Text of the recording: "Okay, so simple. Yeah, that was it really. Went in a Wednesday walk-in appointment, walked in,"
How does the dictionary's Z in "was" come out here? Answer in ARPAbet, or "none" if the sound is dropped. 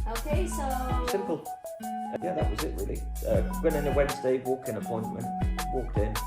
Z